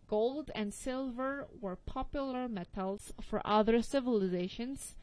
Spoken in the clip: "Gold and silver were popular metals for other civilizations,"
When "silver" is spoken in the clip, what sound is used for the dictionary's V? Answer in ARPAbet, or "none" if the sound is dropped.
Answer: V